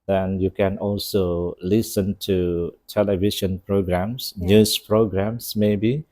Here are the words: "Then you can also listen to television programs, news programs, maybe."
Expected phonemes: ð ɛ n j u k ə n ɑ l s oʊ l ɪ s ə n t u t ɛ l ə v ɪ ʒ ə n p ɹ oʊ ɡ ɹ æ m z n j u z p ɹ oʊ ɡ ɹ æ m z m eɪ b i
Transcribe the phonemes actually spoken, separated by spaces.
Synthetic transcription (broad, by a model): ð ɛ n j u k ə n ɑ l s oʊ l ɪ s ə n t u t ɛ l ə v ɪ ʃ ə n p ɹ oʊ ɡ ɹ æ m s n j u s p ɹ oʊ ɡ ɹ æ m s m eɪ b i